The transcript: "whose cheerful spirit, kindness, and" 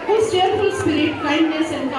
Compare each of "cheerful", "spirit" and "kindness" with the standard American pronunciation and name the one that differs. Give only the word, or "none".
cheerful